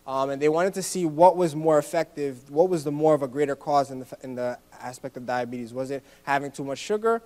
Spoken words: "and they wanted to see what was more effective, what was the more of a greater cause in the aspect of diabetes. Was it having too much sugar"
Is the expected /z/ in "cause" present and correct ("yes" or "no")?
yes